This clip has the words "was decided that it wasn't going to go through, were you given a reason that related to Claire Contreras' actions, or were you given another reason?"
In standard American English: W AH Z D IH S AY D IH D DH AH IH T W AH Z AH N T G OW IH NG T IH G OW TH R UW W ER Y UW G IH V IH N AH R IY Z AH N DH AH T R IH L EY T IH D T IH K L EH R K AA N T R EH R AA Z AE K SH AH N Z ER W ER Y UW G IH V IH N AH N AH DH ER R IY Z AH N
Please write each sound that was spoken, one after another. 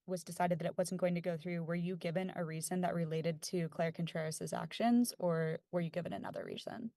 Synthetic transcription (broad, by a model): W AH Z D IH S AY D IH D DH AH IH T W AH Z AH N G OW IH NG T IH G OW TH R UW W ER Y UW G IH V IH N AH R IY Z AH N DH AH T R IH L EY T IH D T IH K L EH R K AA N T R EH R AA Z AE K SH AH N Z ER W ER Y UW G IH V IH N AH N AH DH ER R IY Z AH N